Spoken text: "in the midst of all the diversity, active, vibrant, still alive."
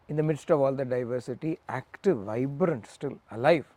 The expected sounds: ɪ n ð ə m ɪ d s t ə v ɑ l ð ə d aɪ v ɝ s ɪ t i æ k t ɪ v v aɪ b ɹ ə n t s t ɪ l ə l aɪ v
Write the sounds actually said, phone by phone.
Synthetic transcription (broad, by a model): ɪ n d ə m ɪ d s t ə v ɑ l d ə d aɪ v ɝ s ɪ t i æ k t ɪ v v aɪ b ɹ ə n t s t ɪ l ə l aɪ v